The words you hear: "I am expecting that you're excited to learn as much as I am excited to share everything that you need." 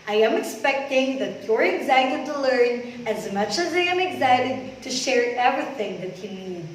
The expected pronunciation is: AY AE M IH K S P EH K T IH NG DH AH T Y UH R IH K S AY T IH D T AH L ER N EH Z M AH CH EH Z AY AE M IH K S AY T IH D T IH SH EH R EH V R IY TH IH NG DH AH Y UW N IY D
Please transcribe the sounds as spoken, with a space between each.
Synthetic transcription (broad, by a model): AY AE M IH K S P EH K T IH NG DH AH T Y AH R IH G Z AY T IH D T AH L ER N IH Z M AH CH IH Z AY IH M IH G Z AY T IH D T IH SH EH R EH V R IY TH IH NG DH AH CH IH N IY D